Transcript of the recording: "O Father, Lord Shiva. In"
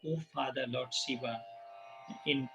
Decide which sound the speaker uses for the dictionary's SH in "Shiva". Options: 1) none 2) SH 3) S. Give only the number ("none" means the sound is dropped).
3